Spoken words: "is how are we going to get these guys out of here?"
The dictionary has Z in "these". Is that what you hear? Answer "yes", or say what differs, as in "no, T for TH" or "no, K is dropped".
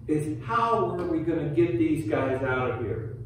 yes